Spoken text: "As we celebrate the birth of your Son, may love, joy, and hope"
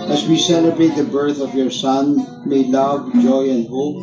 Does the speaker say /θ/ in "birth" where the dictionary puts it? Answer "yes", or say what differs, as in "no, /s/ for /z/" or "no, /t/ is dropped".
yes